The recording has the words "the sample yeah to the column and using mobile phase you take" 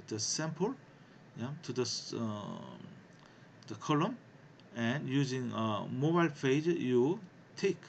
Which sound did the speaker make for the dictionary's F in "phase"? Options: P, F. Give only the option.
P